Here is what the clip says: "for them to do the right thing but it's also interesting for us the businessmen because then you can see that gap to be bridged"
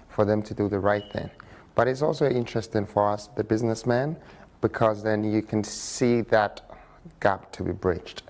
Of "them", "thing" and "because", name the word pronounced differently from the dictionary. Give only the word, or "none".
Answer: none